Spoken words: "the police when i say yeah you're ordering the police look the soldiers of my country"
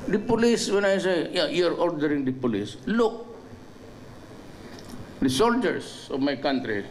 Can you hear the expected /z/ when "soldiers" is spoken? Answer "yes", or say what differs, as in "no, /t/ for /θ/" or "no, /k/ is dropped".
no, /s/ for /z/